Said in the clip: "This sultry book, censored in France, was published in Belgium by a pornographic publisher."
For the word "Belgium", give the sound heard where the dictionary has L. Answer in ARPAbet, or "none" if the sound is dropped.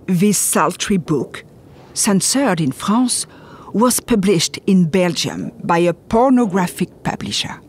L